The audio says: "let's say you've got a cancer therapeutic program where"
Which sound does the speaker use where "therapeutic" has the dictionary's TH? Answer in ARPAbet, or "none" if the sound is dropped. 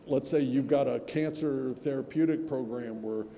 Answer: TH